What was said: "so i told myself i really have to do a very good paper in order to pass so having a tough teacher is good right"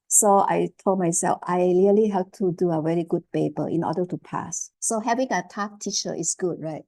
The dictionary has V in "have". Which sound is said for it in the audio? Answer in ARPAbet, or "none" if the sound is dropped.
P